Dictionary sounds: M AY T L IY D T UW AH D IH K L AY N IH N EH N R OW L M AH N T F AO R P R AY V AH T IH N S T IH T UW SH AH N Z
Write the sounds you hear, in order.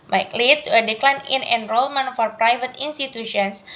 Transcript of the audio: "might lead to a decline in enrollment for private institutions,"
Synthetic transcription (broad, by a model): M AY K L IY T UW AH D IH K L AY N IH N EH N R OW L M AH N F AO R P R AY V AH T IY N S T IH T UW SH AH N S